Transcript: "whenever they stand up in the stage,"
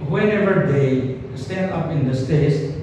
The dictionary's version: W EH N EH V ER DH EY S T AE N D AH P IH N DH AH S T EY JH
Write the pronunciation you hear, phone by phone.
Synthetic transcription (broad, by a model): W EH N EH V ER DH EY S T AE N D AH P IH N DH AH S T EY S